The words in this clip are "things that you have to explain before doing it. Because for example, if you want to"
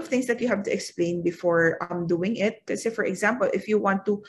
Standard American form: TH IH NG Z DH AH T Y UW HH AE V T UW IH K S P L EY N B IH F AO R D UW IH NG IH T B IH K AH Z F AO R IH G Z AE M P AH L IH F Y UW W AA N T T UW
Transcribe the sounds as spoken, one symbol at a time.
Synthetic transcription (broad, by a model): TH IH NG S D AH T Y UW HH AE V T UW IH K S P L EY N B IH F AO R D UW IH NG IH T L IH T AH F AO R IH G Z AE M P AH L IH F Y UW W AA N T T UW